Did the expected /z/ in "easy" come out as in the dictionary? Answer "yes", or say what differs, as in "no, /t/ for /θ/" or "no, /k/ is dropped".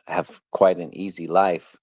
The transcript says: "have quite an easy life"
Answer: yes